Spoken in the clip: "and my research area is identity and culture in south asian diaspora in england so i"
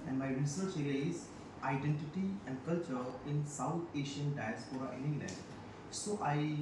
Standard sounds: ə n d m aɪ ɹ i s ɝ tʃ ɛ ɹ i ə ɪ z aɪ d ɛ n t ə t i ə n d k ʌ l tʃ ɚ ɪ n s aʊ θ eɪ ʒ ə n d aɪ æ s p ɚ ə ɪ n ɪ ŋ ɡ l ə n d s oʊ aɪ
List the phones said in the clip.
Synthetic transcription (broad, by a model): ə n m aɪ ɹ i s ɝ tʃ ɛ l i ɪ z aɪ d ɛ n t ə t i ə n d k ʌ l tʃ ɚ ɪ n s aʊ t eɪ ʃ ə n d aɪ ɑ s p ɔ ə ɪ n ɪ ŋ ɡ l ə n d s oʊ aɪ